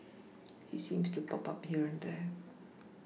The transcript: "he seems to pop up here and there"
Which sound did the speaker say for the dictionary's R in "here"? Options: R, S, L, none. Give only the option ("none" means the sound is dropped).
R